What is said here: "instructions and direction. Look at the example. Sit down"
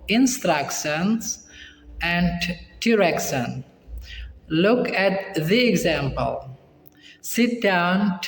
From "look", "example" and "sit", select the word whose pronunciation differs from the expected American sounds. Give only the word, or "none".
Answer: none